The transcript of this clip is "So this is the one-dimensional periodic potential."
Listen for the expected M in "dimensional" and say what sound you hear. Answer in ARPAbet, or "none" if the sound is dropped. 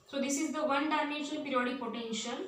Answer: none